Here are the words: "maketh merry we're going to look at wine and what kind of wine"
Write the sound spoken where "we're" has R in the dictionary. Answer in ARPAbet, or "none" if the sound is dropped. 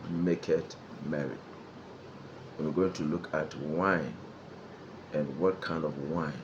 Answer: W